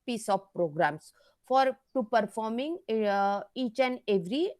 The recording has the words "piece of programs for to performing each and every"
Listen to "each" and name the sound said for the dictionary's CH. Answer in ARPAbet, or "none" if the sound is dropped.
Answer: CH